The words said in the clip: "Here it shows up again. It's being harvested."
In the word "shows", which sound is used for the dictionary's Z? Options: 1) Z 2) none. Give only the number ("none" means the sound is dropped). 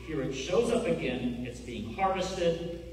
1